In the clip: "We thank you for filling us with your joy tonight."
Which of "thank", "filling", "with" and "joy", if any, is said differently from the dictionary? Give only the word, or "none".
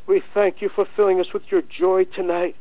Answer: none